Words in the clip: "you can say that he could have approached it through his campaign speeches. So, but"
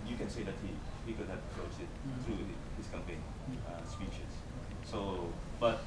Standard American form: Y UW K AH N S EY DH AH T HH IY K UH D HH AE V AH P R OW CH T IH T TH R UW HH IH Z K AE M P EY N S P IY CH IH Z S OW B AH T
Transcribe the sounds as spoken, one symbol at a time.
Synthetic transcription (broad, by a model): Y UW K AH N S EY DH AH T HH IY K UH D HH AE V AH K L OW S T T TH R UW HH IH S K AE M P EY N S P IY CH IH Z S OW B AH T